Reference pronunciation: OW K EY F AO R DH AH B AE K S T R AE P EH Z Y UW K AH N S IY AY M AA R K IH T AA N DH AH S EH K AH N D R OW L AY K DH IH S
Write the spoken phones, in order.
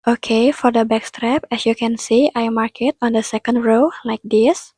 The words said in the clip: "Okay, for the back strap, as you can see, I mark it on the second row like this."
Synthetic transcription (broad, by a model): OW K EY F AO R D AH B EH K S T R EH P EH S Y UW K AH N S IY AY M AA R K IH T AA N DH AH S EH K AH N D R OW L AY K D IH S